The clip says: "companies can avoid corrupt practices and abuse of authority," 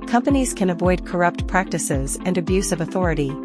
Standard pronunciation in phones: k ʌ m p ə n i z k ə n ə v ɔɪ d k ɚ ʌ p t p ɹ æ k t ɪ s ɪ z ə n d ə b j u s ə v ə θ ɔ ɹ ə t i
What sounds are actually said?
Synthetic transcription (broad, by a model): k ʌ m p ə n i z k ə n ə v ɔɪ d k ɚ ʌ p t p ɹ æ k t ɪ s ɪ z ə n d ə b j u s ə v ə θ ɔ ɹ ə t i